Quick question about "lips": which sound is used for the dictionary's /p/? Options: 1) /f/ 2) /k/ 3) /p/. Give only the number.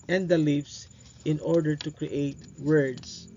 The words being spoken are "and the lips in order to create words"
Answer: 1